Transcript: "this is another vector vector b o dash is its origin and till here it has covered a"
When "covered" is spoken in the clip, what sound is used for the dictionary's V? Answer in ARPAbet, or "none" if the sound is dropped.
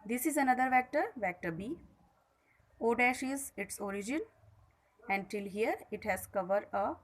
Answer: V